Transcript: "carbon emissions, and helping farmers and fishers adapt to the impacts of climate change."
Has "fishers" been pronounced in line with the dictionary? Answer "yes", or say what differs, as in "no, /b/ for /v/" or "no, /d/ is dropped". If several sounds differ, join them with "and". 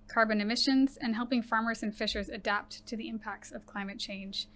yes